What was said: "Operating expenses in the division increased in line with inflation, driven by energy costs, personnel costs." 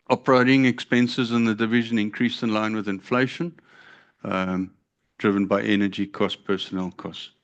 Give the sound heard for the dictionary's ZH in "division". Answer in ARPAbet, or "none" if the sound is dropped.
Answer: ZH